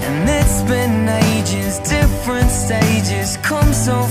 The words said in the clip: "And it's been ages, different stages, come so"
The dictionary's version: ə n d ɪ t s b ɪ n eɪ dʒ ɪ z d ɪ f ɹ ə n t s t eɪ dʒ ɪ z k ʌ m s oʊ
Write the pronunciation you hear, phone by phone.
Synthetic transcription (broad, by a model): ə n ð ɪ t s b ɪ n eɪ dʒ ɪ z d ɪ f ɹ ə n t s t eɪ dʒ ɪ z k ʌ m s oʊ